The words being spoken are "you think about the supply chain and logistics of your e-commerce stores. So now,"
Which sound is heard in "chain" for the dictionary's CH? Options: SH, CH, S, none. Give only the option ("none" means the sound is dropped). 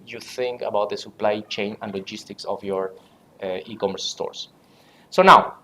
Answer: CH